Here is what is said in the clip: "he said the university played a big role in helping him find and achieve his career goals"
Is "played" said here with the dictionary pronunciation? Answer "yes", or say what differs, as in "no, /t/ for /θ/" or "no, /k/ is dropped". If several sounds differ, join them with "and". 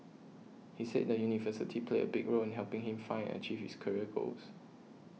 no, /d/ is dropped